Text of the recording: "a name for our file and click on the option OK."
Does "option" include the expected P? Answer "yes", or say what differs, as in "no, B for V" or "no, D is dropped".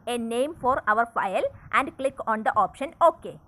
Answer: yes